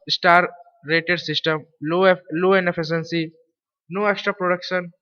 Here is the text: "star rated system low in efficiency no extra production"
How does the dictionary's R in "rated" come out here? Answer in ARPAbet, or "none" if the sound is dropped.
R